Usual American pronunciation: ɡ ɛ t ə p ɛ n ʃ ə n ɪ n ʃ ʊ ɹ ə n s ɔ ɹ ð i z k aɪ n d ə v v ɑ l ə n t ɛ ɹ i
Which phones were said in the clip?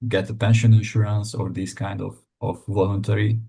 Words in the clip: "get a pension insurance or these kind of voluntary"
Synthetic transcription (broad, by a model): ɡ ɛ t ə p ɛ n ʃ ə n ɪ n ʃ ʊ ɹ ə n s ɔ ɹ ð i s k aɪ n d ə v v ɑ l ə n t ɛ ɹ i